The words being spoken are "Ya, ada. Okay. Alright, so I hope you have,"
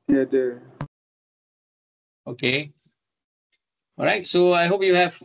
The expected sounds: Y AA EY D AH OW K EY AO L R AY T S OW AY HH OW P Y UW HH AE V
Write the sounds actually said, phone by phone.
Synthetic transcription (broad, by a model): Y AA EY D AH OW K EY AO R AY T S OW AY HH OW P Y UW HH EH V